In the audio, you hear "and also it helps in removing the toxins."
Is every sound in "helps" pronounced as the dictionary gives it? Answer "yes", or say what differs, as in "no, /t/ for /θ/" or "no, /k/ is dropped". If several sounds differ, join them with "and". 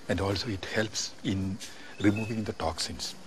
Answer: yes